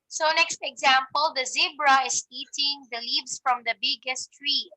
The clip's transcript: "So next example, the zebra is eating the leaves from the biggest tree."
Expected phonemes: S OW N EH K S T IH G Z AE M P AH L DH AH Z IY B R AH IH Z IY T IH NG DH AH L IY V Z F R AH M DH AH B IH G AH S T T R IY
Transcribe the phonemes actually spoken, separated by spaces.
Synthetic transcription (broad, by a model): S OW N EH K S T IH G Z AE M P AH L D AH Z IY B R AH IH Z IY T IH NG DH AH L IY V S F R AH M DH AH B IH G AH S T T R IY